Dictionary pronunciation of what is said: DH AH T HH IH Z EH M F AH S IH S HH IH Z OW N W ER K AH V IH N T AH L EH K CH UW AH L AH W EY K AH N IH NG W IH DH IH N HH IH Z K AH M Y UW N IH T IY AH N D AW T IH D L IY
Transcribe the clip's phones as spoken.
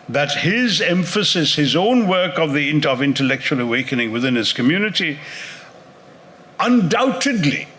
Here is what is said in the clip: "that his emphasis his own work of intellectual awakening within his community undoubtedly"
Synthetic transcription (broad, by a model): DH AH T HH IH Z EH M F AH S IH S HH IH Z OW N W ER K AH V IH N T AH L EH K CH UW AH L AH W EY K AH N IH NG W IH DH IH N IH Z K AH M Y UW N IH T IY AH N D AW T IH D L IY